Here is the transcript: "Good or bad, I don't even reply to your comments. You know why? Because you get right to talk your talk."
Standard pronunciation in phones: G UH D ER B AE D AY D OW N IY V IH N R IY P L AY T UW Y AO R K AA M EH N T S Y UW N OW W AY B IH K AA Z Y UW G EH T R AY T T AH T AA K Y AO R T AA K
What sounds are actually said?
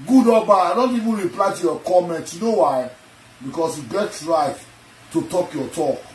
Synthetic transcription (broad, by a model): G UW D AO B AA AY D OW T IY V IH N R IY P L AY T UW Y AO K AA M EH N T Y UW N OW W AY B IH K AA S Y UW G EH T R AY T T AH T AA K Y AO T AA K